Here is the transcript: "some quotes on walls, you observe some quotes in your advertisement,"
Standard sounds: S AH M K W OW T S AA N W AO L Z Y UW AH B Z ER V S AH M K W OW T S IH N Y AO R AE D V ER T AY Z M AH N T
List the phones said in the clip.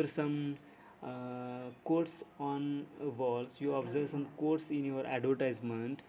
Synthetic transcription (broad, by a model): S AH M K OW T S AA N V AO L S Y UW AH B Z ER V S AH M K OW T S IH N Y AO R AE D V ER T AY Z M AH N T